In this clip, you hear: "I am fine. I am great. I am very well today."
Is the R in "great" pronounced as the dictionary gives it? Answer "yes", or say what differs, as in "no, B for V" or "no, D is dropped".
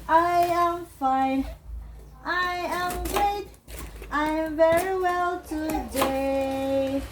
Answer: yes